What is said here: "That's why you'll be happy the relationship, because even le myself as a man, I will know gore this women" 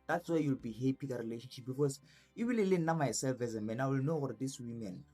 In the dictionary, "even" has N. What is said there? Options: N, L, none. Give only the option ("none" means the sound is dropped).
L